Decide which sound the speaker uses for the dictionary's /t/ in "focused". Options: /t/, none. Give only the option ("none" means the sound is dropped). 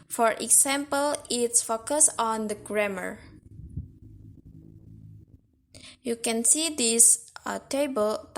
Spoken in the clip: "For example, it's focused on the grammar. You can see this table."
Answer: none